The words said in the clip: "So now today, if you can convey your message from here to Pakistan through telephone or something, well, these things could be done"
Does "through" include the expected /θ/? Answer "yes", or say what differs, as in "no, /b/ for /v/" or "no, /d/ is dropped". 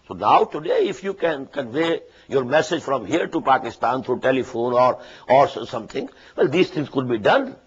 no, /t/ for /θ/